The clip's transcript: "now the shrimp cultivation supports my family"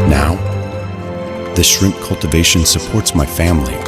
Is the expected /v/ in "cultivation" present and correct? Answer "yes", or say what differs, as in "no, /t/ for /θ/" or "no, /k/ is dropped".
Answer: yes